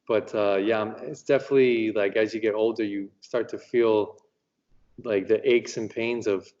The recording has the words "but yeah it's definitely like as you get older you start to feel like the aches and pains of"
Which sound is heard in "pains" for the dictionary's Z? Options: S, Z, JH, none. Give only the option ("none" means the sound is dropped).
Z